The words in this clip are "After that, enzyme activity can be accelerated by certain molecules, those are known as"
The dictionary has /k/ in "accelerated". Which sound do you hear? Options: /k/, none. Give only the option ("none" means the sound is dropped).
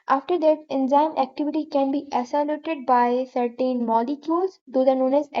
none